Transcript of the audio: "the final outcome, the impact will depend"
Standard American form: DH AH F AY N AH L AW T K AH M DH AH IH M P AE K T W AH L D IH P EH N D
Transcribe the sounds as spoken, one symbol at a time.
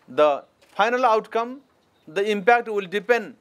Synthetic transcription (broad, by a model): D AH P AY N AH L AW T K AH M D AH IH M P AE K T W AH L D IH P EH N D